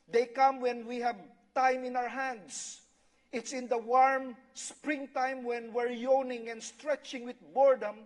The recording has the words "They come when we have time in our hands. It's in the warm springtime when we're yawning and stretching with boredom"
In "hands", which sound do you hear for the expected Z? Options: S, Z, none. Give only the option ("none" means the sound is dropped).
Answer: S